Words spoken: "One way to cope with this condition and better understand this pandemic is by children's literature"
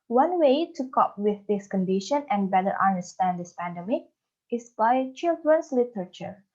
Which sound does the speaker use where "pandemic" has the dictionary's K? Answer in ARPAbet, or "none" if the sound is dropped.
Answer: K